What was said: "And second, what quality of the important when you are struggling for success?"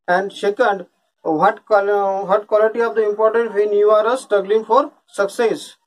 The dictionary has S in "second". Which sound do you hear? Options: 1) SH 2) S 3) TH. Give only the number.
1